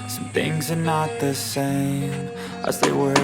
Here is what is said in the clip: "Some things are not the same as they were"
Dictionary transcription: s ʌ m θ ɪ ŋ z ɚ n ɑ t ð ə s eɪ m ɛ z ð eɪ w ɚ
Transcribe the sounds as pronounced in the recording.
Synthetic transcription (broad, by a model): s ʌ m θ ɪ ŋ z ɚ n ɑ t ð ə s eɪ m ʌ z ð eɪ w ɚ